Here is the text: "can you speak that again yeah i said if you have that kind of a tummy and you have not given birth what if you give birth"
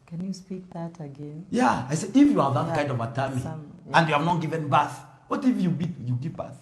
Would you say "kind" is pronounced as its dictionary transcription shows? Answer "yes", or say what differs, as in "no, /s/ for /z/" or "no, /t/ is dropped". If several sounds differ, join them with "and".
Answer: no, /n/ is dropped